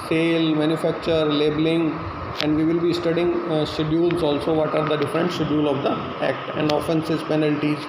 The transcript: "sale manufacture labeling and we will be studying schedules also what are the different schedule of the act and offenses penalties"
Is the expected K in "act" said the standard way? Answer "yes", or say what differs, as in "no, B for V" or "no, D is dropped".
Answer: yes